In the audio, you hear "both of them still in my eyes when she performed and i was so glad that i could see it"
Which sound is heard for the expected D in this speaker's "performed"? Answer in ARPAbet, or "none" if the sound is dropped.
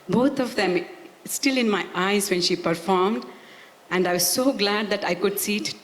D